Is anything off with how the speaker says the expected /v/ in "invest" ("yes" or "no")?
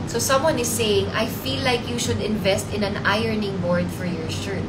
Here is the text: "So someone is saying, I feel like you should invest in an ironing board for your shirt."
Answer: no